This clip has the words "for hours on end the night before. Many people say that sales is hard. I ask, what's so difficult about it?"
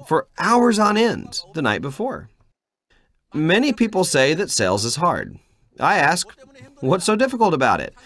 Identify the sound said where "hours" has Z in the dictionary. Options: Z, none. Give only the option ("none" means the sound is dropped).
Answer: Z